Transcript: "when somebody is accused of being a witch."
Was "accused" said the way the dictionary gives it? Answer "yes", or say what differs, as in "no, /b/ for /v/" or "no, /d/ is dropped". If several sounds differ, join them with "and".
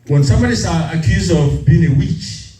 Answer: no, /d/ is dropped